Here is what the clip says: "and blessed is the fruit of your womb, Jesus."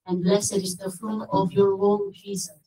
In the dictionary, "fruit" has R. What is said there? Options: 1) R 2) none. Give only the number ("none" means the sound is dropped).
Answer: 2